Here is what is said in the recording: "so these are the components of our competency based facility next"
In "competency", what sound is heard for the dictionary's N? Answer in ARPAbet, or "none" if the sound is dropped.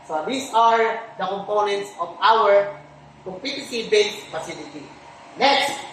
none